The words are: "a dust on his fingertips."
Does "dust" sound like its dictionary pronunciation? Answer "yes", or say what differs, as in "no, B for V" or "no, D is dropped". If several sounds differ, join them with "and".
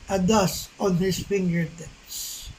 no, T is dropped